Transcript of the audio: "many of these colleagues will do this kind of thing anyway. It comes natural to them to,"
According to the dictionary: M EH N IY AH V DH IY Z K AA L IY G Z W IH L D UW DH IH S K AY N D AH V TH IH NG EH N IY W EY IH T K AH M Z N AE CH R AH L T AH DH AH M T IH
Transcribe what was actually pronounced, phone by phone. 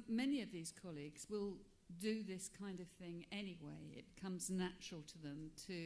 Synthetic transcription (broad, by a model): M EH N IY AH V DH IY Z K AA L IY G Z W IH L D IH DH IH S K AY N D AH V TH IH NG EH N IY W EY IH T K AH M Z N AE CH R L T AH DH AH M T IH